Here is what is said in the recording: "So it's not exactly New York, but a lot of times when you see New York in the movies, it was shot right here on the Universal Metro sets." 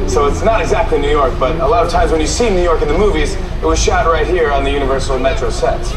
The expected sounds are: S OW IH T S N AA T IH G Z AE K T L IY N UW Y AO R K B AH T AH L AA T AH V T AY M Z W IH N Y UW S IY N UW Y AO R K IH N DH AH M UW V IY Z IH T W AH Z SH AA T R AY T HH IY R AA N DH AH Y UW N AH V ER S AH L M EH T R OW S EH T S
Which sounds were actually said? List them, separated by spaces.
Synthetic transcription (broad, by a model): S OW IH T S N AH T IH G Z AE K T L IY N UW Y AO R K B AH T AH L AA T AH V T AY M Z W IH N Y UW S IY N UW Y AO R K IH N DH AH M UW V IY Z IH T W AH Z SH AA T R AY T HH IY R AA N DH AH Y UW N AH V ER S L M EH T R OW S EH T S